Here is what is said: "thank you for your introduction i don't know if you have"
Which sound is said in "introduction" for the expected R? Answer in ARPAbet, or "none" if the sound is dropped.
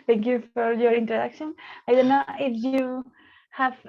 none